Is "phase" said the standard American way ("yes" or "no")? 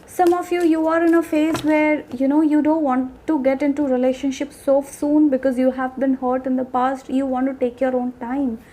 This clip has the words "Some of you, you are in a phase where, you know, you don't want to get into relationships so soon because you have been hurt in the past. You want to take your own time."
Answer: yes